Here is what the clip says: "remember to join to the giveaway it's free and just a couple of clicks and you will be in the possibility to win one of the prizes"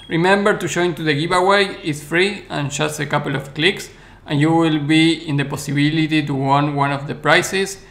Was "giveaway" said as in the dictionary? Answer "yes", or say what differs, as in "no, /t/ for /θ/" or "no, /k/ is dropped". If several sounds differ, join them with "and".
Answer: no, /b/ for /v/